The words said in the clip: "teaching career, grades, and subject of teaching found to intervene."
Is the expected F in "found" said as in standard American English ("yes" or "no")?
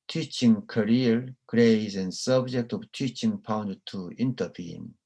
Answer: no